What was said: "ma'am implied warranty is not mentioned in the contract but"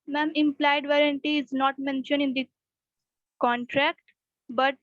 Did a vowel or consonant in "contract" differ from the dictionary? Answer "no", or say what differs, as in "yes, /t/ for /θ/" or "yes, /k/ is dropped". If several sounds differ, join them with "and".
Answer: no